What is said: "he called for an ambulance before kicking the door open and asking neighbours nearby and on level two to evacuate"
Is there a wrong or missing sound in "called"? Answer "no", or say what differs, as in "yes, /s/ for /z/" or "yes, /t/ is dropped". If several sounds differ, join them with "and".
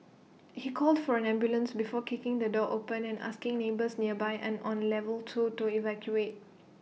no